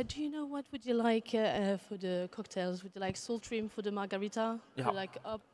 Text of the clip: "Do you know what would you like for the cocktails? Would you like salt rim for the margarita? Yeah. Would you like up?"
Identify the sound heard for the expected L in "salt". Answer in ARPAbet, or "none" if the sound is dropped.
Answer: L